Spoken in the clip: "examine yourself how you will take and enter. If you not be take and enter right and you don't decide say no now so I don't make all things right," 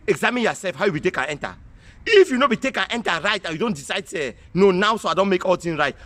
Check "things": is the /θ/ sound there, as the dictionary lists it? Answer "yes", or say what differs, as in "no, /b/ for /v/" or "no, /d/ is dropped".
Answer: no, /t/ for /θ/